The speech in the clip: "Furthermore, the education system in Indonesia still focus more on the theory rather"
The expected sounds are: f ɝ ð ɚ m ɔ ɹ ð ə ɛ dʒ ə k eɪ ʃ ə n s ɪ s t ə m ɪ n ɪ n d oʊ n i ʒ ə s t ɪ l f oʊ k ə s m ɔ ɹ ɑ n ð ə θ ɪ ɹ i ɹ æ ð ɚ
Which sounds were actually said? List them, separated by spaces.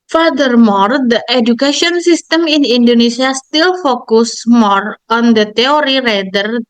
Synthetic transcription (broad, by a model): f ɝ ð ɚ m ɔ ɹ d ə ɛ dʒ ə k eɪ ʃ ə n s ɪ s t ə m ɪ n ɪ n d oʊ n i s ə s t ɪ l f oʊ k ə s m ɔ ɹ ɑ n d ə t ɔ ɹ i ɹ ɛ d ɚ